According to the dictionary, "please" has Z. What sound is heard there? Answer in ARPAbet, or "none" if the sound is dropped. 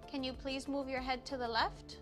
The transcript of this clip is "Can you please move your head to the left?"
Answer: Z